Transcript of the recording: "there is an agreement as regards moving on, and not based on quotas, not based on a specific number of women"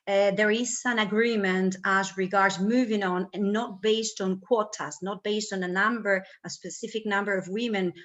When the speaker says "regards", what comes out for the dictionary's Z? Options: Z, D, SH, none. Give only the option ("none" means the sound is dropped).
Z